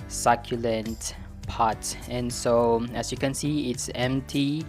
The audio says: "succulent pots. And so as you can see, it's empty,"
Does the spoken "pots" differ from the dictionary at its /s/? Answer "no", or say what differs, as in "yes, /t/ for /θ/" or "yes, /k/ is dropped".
yes, /s/ is dropped